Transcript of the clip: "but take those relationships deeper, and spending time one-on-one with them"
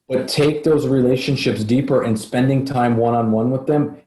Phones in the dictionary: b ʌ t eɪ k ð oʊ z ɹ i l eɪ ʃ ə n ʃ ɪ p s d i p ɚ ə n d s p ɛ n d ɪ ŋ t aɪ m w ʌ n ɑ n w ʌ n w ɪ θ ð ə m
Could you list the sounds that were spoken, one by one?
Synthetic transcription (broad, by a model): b ʌ t eɪ k ð oʊ z ɹ i l eɪ ʃ ə n ʃ ɪ p s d i p ɚ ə n s p ɛ n d ɪ ŋ t aɪ m w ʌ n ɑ n w ʌ n w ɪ ð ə m